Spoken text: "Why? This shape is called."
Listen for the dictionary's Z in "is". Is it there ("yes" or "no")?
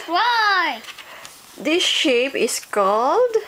no